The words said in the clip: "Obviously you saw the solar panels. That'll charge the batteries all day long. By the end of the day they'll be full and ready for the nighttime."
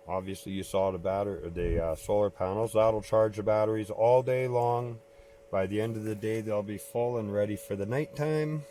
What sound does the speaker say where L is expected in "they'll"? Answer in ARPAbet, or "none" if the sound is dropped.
L